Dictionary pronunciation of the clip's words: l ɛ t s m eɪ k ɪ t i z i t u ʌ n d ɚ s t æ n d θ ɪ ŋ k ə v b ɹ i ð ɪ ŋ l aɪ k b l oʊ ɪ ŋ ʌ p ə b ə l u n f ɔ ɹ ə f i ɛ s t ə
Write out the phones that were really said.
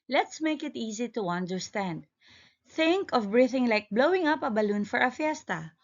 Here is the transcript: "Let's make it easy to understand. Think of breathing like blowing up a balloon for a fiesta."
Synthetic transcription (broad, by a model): l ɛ t s m eɪ k ɪ t i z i t u ʌ n d ɚ s t æ n d θ ɪ ŋ k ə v b ɹ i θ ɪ ŋ l aɪ k b l oʊ ɪ ŋ ʌ p ə b ə l u n f ɔ ɹ ə f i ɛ s t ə